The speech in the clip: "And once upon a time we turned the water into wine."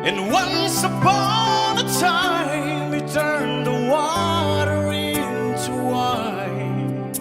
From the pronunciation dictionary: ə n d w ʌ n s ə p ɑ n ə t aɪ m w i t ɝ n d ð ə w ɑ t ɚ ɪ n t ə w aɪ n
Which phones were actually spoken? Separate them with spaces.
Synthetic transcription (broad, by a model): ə n w ʌ n s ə b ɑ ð ə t aɪ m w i t ɝ n ð ə w ɑ t ɚ ɪ n t ə w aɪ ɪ